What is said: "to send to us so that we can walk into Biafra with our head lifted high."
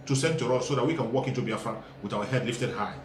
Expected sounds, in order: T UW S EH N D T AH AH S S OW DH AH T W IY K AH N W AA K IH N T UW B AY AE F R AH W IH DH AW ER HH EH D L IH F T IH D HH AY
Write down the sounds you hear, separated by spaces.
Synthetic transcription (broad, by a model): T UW S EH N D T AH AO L S OW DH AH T W IY K AH N W AA K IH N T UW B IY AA F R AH W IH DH AW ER HH EH D L IH F T IH D HH AY